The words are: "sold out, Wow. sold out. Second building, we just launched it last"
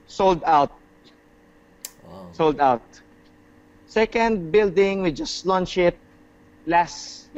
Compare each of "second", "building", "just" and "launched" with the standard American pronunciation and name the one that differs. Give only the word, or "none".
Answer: launched